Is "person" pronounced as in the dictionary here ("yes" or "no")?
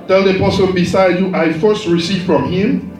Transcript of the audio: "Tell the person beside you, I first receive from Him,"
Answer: no